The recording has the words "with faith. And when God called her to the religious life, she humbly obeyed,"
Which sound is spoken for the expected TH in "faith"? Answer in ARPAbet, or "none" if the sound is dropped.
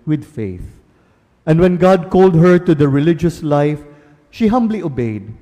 TH